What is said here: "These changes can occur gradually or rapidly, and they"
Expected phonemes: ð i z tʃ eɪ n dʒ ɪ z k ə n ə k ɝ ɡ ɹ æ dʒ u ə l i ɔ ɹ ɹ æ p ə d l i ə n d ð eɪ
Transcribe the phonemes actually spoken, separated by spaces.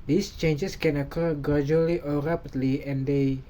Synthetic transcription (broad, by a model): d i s tʃ eɪ n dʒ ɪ s k ə n ə k ɝ ɡ ɹ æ dʒ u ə l i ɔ l ɹ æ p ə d l i ə n d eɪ